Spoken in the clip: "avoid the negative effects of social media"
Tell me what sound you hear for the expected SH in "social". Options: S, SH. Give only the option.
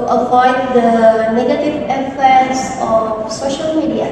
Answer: SH